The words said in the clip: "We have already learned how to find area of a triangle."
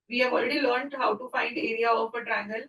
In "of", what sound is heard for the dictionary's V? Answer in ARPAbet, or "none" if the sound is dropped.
P